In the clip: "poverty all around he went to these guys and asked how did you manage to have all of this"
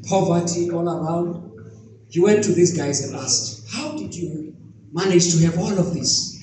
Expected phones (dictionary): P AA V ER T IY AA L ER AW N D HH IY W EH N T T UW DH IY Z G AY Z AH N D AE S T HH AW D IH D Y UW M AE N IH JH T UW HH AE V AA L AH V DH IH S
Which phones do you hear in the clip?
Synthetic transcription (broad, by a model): P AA V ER T IY AA L ER AW N D HH IY W EH N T T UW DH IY S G AY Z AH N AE S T HH AW D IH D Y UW M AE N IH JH T UW HH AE V AA L AH V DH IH S